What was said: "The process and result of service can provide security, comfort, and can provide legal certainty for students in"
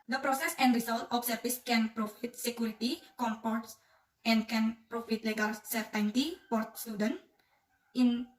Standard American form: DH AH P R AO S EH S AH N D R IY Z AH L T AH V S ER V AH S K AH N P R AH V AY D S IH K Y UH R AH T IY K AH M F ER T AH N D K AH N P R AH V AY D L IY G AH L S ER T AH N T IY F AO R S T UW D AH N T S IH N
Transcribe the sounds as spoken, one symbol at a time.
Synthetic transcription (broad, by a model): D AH P R AO S EH S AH N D R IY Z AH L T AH F S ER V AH S K AH N P R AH F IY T S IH K Y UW R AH T IY K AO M P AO T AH N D K AH N P R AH F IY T L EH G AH L S ER T AH N T IY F AO R S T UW D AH N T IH N